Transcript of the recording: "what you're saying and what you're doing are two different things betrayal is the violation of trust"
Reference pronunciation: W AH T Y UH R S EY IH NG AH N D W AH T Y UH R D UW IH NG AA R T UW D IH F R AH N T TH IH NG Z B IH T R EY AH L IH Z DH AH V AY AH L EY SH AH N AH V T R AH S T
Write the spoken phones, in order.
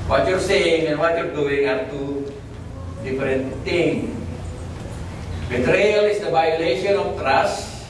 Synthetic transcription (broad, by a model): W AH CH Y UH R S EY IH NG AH N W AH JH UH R D UW IH NG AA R T UW D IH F R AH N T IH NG B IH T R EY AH L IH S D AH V AY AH L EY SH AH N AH F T R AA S